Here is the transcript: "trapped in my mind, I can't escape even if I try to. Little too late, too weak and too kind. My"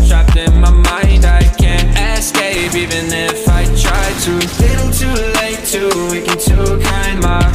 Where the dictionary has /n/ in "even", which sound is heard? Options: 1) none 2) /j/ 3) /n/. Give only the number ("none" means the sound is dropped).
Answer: 3